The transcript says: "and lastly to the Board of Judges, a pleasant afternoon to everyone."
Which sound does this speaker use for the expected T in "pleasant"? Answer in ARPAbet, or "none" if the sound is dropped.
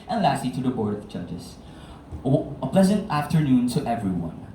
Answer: T